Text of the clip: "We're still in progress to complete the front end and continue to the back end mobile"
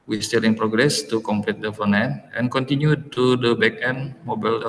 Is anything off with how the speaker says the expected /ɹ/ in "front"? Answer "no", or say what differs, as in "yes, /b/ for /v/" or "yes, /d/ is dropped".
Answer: yes, /ɹ/ is dropped